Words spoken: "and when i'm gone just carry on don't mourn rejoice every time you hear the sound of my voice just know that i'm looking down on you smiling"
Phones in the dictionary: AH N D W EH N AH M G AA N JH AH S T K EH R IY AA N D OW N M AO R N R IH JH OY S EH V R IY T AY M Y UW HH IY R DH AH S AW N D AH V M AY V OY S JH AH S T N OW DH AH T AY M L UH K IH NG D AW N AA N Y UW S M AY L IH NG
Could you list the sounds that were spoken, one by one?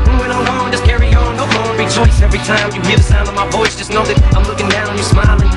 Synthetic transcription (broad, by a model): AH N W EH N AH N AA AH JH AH S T K EH R IY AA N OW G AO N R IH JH OY S EH V R IY T AY M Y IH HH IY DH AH S AW N D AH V M AY B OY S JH AH S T N OW DH AH T AY M L UH K IH NG D AW N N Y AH S M AY L IH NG